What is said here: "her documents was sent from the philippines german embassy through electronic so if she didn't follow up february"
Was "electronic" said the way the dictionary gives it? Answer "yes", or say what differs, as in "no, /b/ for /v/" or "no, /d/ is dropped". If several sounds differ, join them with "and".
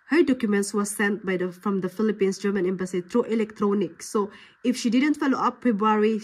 yes